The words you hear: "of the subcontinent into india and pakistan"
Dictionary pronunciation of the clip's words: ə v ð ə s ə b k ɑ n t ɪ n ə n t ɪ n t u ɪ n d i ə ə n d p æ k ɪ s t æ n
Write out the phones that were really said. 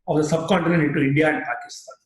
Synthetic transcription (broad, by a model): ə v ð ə s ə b k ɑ n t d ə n ɪ t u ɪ n d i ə ə n d p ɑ k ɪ s t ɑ n